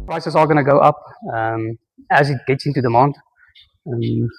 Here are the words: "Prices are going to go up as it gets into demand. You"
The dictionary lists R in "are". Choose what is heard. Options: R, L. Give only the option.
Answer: L